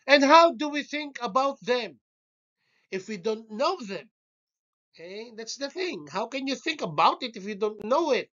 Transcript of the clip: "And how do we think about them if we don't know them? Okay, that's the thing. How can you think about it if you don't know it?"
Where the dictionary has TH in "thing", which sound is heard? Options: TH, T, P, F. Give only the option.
TH